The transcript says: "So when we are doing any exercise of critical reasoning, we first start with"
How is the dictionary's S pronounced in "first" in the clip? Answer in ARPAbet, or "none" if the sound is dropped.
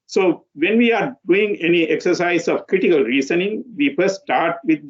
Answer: none